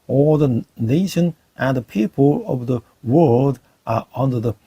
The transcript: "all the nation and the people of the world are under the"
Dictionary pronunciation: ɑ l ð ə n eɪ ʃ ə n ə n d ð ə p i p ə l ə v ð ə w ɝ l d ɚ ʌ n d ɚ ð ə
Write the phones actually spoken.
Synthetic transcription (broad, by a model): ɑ ð ə n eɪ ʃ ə n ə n ð ə p i p ə l ə v ð ə w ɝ l d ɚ ʌ n d ɚ ð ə